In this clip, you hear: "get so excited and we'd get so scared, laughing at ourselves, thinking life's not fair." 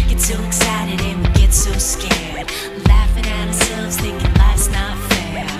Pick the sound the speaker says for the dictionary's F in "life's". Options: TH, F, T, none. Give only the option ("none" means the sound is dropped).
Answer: none